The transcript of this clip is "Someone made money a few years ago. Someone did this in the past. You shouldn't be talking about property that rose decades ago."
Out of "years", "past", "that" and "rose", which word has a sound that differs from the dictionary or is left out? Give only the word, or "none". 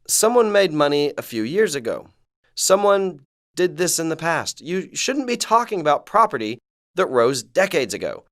none